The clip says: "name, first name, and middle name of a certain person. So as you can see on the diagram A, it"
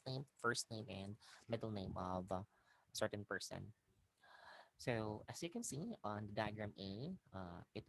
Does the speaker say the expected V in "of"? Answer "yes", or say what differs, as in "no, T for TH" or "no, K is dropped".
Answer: yes